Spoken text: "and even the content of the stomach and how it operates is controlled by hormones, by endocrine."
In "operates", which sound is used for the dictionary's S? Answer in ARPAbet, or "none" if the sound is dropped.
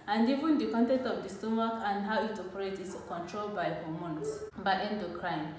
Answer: none